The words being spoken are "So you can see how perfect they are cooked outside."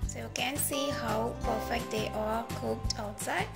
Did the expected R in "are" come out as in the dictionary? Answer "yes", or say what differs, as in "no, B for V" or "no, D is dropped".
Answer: no, L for R